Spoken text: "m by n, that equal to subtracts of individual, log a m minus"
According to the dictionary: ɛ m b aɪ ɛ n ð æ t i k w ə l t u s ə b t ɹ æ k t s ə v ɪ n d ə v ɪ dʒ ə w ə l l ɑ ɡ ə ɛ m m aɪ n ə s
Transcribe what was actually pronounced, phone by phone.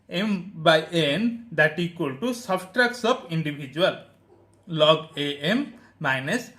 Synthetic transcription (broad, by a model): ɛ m b aɪ ɛ n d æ t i k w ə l t u s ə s t ɹ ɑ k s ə p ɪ n d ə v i dʒ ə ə l l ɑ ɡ ə ɛ m m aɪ n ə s